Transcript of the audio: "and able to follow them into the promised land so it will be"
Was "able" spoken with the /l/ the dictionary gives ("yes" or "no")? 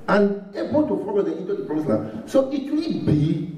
no